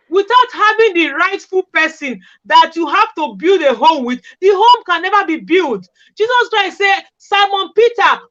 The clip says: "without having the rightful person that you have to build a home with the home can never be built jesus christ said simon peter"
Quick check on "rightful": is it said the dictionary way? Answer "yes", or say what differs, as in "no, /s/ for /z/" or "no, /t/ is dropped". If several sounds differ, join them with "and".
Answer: yes